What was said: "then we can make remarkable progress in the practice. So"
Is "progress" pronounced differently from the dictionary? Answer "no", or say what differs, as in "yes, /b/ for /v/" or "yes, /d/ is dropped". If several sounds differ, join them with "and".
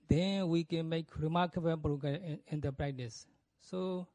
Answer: yes, /s/ is dropped